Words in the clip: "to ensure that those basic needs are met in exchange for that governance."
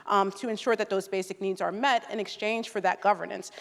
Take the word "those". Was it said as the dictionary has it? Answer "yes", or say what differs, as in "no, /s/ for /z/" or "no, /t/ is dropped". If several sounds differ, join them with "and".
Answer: yes